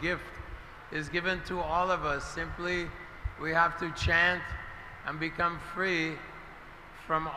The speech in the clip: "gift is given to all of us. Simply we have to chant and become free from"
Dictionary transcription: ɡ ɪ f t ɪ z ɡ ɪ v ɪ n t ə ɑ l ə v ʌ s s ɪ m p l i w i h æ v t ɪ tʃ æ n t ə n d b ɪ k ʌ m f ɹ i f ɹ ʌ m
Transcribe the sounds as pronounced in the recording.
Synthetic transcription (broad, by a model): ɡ ɪ f t ɪ z ɡ ɪ v ɪ n t ə ɑ l ə v ʌ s s ɪ m p l i w i h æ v t ɪ tʃ æ n t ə n b ɪ k ʌ m f ɹ i f ɹ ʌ m